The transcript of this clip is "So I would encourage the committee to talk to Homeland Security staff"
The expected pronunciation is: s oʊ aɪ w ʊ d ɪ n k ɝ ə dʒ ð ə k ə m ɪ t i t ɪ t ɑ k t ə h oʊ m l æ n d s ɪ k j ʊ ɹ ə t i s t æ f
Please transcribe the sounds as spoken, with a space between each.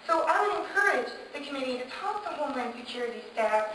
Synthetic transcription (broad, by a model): s oʊ aɪ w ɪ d ɪ n k ɝ ə dʒ ð ə k ə m ɪ t i t ɪ t ɑ k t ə h oʊ m l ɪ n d s ɪ k j ʊ ɹ ə t i s t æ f